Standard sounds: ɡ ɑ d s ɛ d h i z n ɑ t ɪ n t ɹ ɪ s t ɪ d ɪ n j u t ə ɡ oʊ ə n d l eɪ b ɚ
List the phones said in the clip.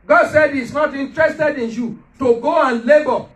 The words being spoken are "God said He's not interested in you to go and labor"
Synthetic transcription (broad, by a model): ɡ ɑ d s ɛ d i s n ɑ t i n t ɹ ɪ s t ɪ d ɪ n j u t ə ɡ oʊ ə n l eɪ b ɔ